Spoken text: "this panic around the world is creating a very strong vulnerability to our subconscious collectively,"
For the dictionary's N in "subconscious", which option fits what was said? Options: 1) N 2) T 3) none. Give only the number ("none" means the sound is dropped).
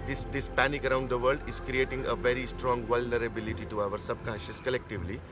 3